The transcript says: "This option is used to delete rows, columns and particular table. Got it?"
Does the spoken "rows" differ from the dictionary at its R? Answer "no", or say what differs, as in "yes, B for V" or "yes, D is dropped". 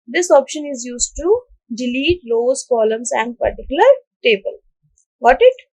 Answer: yes, L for R